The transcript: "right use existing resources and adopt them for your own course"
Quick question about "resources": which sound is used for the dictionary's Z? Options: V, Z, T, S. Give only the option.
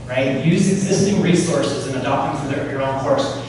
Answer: Z